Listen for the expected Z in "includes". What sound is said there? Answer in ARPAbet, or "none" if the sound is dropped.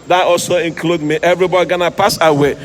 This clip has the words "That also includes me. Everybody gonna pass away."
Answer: none